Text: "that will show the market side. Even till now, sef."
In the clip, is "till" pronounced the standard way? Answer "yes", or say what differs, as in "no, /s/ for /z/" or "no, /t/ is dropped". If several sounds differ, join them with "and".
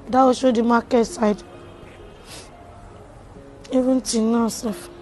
no, /n/ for /l/